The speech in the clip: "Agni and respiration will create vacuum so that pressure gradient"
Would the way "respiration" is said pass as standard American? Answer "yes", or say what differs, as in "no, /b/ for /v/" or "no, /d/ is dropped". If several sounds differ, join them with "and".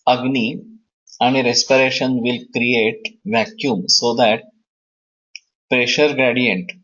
yes